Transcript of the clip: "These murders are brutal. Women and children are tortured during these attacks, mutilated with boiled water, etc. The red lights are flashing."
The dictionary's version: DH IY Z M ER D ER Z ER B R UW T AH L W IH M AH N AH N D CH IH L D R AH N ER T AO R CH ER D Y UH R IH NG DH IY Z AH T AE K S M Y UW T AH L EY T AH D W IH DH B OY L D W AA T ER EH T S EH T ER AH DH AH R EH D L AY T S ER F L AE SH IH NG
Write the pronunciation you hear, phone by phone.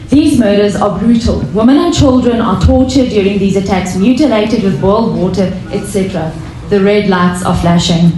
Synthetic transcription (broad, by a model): DH IY Z M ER D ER Z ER B R UW T AH L W IH M AH N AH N CH IH L D R AH N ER T AO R CH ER D Y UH R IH NG DH IY Z AH T AE K S M Y UW T AH L EY T AH D W IH DH B OY L D W AA T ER EH T S EH T ER AH DH AH R EH D L AY T S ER F L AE SH IH NG